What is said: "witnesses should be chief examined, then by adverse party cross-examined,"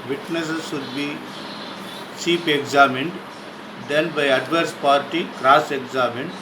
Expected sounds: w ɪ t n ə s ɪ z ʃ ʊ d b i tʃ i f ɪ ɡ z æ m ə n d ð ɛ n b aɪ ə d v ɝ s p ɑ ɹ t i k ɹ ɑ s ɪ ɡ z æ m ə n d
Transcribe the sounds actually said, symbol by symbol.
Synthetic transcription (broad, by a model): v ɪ t n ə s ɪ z ʃ ʊ d b i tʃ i p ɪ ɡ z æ m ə n d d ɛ n b aɪ ə d v ɝ s p ɑ ɹ t i k ɹ ɑ s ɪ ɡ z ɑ m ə n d